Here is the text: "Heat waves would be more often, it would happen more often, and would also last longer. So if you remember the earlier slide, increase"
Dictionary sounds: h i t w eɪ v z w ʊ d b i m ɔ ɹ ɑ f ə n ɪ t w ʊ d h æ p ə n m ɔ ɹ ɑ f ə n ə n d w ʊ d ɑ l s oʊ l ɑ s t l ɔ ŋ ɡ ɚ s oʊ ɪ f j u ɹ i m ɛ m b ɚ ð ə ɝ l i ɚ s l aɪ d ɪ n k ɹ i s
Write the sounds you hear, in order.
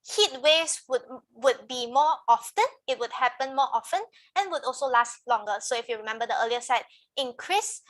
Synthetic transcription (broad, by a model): h i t w eɪ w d w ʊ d b i m ɔ ɑ f ə n ɪ t w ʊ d h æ p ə n m ɔ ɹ ɑ f ə n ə n w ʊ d ɑ l s oʊ l ɑ s t l ɔ ŋ ɡ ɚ s oʊ ɪ f j u ɹ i m ɛ m b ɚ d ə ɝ l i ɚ s ɛ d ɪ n k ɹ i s